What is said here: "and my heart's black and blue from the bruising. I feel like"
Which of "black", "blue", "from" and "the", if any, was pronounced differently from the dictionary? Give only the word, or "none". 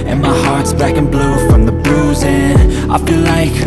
black